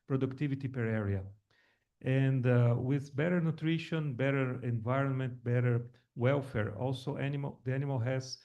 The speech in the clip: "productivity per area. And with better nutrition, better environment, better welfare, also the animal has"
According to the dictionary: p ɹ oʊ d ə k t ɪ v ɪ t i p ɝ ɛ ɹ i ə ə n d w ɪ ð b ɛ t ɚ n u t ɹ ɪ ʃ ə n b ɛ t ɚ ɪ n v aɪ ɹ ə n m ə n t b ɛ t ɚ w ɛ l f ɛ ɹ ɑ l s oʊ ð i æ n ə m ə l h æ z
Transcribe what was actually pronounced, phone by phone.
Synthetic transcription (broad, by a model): p ɹ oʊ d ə k t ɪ v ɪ t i p ɝ ɛ ɹ i ə ə n d w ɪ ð b ɛ t ɚ n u t ɹ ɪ ʃ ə n b ɛ t ɚ ɪ n v aɪ ɹ ə n m ə n t b ɛ t ɚ w ɛ l f ɛ ɹ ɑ l s oʊ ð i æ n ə m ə l h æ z